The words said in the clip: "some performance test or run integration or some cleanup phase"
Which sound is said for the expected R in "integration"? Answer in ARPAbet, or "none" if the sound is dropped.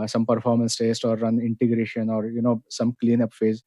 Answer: R